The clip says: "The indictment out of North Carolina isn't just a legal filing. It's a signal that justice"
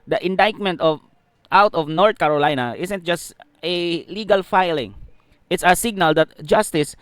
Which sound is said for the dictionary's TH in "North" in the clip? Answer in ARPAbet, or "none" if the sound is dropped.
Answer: T